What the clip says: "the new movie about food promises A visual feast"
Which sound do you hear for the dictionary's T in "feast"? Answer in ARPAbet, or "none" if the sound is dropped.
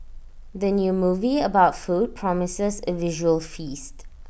T